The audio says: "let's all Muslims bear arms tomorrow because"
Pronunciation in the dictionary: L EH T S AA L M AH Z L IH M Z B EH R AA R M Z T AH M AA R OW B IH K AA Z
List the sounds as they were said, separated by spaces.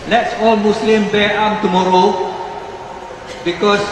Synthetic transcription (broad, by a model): L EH T S AA L M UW S L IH M B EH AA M T AH M AA R OW B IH K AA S